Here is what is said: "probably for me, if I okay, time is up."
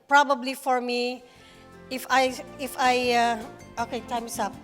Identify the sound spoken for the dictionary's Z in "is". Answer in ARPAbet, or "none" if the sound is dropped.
S